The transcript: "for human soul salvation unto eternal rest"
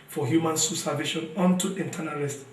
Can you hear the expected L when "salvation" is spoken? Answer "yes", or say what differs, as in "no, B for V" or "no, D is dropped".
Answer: no, L is dropped